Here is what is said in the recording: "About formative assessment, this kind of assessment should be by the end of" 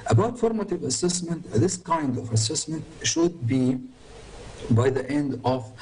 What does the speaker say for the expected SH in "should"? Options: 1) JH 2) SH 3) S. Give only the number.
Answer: 2